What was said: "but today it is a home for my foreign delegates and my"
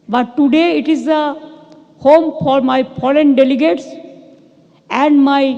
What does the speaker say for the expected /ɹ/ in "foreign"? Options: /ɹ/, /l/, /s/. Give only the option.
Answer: /l/